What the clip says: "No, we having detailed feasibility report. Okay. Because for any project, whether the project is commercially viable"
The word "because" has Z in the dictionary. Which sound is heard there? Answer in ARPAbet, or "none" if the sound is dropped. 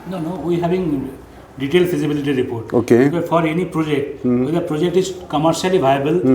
none